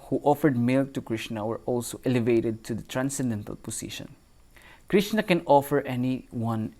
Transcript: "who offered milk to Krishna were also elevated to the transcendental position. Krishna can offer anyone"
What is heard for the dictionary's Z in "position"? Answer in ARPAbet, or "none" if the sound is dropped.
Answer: S